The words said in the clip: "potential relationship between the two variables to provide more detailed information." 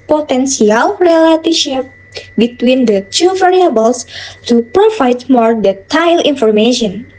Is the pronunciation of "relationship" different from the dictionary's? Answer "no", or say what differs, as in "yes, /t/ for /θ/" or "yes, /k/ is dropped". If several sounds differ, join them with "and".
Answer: yes, /n/ is dropped